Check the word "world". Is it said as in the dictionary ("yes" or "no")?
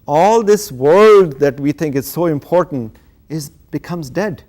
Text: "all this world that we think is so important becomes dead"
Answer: yes